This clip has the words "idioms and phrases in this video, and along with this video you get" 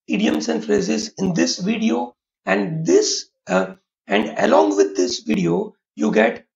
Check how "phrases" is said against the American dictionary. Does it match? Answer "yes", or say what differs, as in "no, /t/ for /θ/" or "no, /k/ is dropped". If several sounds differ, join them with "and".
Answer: yes